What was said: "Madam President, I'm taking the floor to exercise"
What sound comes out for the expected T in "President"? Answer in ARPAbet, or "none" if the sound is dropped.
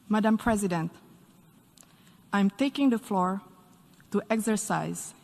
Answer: T